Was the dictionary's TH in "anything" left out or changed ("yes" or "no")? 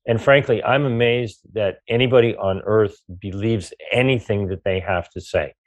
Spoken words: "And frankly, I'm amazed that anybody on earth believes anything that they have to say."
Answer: no